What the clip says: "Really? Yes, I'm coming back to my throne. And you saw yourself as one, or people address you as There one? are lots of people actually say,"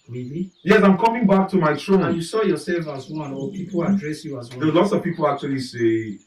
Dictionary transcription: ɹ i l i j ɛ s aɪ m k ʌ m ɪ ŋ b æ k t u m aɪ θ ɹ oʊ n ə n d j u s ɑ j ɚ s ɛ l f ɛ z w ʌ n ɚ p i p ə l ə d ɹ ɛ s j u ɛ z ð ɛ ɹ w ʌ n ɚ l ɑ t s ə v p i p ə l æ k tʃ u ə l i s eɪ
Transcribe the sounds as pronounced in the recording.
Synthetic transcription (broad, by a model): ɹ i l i j ɛ s aɪ m k ʌ m ɪ ŋ b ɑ k t u m aɪ t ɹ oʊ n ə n j u s ɑ j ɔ s ɛ l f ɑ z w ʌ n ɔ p i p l ə d ɹ ɛ s j u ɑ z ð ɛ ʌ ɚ l ɑ t s ə v p i p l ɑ k tʃ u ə l i s eɪ